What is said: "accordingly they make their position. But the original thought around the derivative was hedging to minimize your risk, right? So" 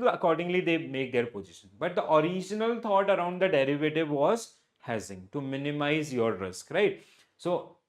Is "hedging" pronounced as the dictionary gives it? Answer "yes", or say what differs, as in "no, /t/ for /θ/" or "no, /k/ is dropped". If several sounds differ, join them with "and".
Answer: no, /z/ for /dʒ/